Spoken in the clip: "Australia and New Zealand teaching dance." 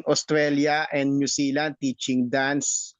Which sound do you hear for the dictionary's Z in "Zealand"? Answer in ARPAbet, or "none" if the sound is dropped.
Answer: S